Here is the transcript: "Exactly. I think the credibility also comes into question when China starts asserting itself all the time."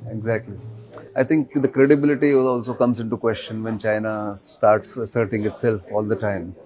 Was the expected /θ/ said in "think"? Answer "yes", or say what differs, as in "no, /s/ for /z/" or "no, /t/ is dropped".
no, /t/ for /θ/